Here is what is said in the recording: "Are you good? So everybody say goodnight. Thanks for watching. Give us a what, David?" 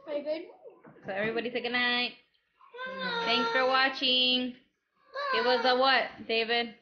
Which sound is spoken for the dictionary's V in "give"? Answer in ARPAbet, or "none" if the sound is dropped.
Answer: W